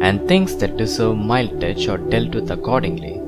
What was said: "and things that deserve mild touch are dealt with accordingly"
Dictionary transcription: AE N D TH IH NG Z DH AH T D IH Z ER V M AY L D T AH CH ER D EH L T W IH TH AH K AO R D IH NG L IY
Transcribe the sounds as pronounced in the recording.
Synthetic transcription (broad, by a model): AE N D T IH NG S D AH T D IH S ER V M AY L D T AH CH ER D EH L T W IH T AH K AO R D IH NG L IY